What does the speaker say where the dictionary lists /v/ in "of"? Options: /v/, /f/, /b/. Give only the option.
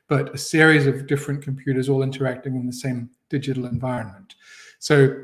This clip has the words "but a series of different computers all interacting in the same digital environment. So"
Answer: /v/